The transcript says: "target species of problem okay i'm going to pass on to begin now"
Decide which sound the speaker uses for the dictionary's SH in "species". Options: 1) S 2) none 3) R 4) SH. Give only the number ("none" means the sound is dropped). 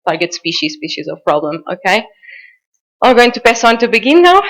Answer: 4